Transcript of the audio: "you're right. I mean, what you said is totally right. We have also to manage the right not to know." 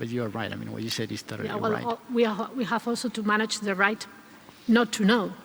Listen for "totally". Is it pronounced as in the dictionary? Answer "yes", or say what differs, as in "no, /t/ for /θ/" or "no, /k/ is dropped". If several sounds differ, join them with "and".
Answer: no, /w/ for /l/